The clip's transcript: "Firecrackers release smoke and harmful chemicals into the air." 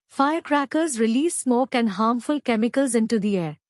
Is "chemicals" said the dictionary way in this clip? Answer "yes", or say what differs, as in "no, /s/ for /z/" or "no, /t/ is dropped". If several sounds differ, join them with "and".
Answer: yes